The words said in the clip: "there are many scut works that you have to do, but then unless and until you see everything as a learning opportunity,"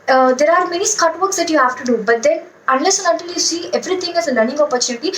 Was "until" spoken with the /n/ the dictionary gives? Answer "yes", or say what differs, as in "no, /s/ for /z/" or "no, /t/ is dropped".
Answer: no, /n/ is dropped